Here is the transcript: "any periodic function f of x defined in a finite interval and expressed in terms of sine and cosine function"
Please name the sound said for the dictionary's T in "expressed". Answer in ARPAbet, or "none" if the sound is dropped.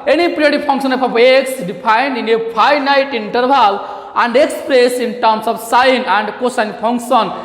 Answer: none